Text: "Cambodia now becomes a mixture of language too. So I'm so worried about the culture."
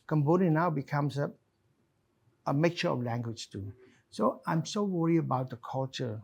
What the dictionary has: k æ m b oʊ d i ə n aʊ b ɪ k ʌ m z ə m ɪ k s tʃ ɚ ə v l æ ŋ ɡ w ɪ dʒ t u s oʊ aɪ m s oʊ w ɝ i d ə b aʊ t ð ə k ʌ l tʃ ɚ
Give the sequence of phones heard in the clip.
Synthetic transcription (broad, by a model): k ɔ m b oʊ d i n aʊ b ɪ k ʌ m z ə m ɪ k tʃ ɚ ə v l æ ŋ ɡ w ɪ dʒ t u s oʊ aɪ m s oʊ w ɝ i ə b aʊ t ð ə k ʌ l tʃ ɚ